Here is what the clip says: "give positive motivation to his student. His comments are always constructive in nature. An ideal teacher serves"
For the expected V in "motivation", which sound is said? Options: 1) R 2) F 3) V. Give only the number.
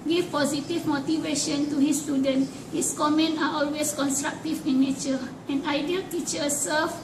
3